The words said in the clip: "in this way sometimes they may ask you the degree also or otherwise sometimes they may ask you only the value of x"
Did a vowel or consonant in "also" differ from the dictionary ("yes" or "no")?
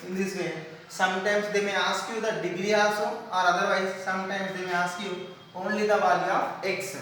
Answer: yes